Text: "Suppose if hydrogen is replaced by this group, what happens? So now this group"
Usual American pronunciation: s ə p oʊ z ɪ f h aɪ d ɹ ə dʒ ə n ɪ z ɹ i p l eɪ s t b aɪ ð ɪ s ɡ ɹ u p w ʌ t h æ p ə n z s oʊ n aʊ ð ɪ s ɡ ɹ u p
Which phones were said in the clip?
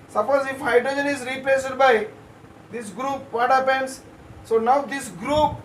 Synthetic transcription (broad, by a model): s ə p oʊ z ɪ f h aɪ d ɹ ə dʒ ə n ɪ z ɹ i p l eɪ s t b aɪ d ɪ s ɡ ɹ u p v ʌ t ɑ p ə n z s oʊ n aʊ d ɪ s ɡ ɹ u p